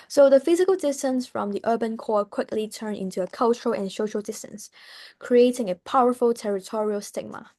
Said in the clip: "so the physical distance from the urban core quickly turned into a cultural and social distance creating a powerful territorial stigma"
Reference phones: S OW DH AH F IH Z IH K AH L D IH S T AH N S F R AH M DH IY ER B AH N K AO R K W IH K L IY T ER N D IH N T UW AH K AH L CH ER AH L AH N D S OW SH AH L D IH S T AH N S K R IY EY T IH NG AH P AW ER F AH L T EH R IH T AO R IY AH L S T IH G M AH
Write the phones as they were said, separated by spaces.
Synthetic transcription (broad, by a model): S OW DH AH F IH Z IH K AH L D IH S T AH N S F R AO M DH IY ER B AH N K AO K W IH K L IY T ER N IH N T UW AH K AH L CH ER AH L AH N S OW SH AH L D IH S T AH N S K R IY EY T IH NG AH P AW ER F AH L T EH R IH T AO R IY AH L S T IH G M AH